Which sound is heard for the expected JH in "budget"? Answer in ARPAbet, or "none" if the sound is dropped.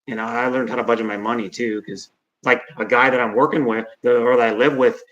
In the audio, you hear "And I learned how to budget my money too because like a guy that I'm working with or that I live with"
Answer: JH